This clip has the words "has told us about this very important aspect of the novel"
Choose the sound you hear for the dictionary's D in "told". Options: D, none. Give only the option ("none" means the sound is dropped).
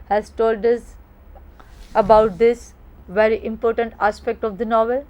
D